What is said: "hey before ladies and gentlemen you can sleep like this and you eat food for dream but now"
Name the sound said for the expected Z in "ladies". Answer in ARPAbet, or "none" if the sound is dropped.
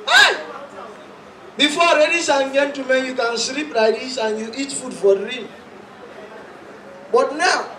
S